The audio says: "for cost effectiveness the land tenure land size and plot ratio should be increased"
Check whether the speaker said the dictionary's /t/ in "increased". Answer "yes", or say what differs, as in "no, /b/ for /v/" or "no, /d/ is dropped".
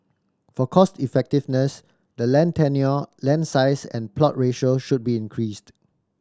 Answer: yes